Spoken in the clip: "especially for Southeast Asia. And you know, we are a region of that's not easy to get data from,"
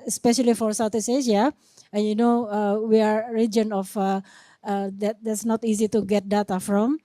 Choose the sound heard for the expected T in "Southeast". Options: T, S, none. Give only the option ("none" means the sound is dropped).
none